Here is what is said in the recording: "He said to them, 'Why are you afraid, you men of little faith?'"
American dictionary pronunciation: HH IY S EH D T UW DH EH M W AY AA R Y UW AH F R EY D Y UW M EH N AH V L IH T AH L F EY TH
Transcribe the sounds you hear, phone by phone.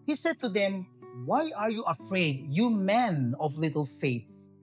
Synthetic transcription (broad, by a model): HH IY S EH D T UW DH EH M W AY AA R Y UW AH F R EY D Y UW M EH N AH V L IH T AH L F EY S